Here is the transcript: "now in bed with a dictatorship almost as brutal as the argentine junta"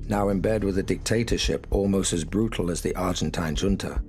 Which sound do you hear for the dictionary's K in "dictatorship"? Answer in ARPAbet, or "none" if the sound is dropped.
K